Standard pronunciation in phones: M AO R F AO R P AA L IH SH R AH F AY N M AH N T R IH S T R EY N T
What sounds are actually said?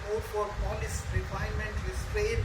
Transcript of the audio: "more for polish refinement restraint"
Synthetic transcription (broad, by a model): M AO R F AO R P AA L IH S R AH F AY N M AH N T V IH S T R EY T